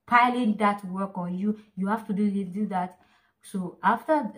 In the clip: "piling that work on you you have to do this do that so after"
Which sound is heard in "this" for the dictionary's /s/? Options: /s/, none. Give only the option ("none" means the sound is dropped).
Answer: none